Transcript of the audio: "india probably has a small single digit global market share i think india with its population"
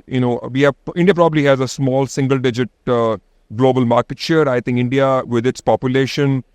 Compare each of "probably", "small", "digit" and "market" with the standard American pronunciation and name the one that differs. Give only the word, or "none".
none